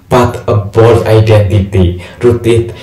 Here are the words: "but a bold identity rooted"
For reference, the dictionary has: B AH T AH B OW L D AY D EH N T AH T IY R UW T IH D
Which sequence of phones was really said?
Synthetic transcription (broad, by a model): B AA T AH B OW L AY D EH N T AH T IY R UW T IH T